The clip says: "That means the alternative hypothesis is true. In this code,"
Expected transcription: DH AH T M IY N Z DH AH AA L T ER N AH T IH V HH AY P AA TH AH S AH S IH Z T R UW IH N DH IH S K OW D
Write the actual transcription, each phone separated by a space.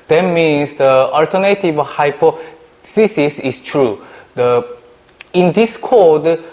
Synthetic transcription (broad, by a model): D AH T M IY N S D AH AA L T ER N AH T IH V HH AY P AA S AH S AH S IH S T R UW IH N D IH S K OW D